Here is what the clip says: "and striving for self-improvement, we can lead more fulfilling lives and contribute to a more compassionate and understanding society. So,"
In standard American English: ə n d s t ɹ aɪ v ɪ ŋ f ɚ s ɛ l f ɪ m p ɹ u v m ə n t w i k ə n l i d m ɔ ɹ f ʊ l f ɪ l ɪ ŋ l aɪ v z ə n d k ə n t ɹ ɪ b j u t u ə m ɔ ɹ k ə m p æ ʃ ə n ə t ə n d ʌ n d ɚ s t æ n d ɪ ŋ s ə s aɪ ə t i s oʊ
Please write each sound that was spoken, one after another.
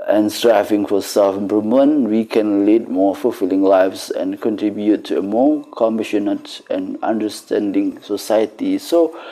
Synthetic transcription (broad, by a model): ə n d s t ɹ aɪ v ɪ ŋ f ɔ s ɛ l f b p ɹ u m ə n w i k ə n l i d m ɔ f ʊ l f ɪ l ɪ ŋ l aɪ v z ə n k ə n t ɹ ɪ b j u t u ə m ɔ k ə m b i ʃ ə n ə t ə n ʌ n d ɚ s t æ n d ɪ ŋ s ə s aɪ ə t i s oʊ